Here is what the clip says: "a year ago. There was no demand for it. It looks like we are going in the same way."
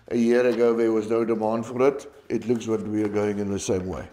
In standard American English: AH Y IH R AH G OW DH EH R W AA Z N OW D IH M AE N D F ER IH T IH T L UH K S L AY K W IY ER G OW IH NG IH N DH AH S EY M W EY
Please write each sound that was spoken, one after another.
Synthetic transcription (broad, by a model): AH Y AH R AH G OW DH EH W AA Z N OW D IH M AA N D F ER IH T IH T L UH K S W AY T W IY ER G OW IH NG IH N DH AH S EY M W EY